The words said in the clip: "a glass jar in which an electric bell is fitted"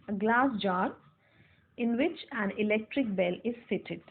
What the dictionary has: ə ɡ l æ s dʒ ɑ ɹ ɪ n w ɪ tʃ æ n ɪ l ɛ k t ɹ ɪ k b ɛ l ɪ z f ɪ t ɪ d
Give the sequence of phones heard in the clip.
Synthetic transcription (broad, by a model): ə ɡ l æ s dʒ ɑ ɹ ɪ n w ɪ tʃ æ n ɪ l ɛ k t ɹ ɪ k b ɛ l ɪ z f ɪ t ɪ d